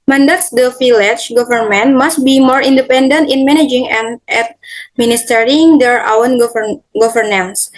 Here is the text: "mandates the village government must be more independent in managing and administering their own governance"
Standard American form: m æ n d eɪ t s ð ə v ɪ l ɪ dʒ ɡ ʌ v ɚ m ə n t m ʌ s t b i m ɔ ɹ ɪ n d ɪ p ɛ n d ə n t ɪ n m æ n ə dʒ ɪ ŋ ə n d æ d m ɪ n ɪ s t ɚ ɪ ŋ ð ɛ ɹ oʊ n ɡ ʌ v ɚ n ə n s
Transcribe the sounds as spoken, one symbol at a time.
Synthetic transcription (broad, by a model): m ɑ n d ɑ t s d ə f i l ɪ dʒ ɡ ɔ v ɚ m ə n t m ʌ s t b i m ɔ ɹ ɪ n d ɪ p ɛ n d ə n t ɪ n m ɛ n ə dʒ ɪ ŋ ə n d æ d m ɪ n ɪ s t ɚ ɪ ŋ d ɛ ɹ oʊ n ɡ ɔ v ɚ n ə n s